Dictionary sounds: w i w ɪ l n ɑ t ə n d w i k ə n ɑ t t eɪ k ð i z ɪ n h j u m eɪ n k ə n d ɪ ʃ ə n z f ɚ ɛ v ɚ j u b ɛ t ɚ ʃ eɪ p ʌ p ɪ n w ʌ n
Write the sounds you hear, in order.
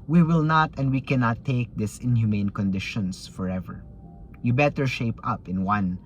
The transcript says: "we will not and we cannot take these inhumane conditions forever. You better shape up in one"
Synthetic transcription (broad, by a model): w i w ɪ l n ɑ t ə n d w i k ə n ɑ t t eɪ k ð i s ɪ n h j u m eɪ n k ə n d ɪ ʃ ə n s f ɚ ɛ v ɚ j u b ɛ t ɚ ʃ eɪ p ʌ p ɪ n w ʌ n